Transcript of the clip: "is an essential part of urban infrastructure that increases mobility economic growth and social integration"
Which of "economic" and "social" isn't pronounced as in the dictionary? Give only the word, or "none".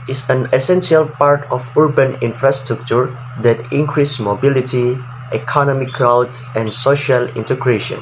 none